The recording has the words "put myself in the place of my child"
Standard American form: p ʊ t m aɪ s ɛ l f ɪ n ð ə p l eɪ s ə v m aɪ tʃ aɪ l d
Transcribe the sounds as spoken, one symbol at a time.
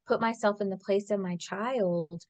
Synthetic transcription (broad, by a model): p ʊ t m aɪ s ɛ l f ɪ n ð ə p l eɪ s ə v m aɪ tʃ aɪ l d